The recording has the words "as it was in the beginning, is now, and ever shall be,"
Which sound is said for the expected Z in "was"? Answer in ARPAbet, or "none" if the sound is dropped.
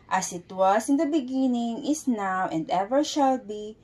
S